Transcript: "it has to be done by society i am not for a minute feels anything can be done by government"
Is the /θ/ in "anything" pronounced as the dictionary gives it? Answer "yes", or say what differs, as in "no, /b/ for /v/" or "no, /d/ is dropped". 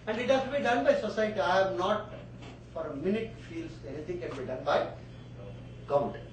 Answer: no, /t/ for /θ/